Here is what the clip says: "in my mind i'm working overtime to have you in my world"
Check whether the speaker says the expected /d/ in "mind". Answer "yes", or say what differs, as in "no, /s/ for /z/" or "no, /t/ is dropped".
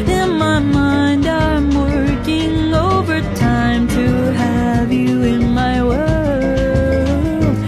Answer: yes